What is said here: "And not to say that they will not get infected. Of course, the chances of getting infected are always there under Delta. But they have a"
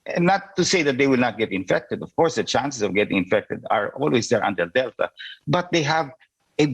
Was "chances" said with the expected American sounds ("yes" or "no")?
no